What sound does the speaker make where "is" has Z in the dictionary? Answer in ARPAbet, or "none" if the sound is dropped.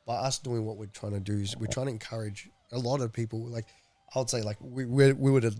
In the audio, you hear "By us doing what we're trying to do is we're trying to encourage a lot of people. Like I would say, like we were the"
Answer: Z